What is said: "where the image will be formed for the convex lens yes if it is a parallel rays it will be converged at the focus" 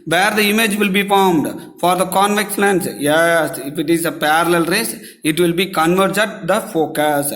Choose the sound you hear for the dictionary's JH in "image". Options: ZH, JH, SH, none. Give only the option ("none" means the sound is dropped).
JH